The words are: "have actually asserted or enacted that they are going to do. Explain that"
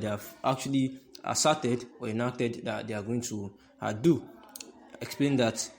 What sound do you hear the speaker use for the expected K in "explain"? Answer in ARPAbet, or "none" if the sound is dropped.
K